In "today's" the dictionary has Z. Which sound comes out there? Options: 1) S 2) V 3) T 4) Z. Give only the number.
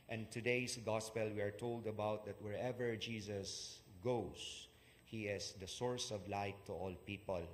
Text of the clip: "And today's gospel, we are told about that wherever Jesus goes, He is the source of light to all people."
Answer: 1